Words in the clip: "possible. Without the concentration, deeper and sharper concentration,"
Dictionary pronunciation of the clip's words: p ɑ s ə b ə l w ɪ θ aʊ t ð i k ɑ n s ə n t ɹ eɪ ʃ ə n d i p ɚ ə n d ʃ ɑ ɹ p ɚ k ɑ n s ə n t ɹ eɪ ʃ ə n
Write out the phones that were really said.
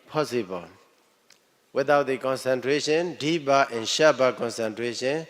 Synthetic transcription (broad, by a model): p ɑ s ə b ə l w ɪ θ aʊ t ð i k ɑ n s ə n t ɹ eɪ ʃ ə n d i b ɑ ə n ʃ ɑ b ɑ k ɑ n s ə n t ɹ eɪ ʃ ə n